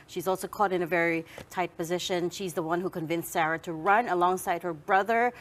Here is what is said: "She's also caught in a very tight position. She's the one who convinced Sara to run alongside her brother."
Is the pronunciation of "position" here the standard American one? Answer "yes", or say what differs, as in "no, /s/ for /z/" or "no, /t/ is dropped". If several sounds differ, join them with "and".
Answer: yes